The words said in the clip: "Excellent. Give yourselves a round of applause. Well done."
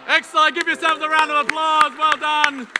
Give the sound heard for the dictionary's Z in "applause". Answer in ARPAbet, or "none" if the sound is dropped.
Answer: Z